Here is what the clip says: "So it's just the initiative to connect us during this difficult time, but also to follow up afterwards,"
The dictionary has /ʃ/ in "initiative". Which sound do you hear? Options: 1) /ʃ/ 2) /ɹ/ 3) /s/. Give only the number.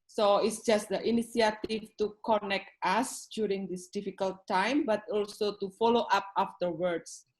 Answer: 3